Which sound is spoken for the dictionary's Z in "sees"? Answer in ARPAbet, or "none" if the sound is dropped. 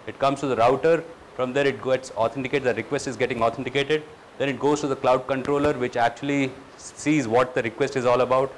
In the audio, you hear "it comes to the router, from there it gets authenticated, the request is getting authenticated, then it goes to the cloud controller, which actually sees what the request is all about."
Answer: Z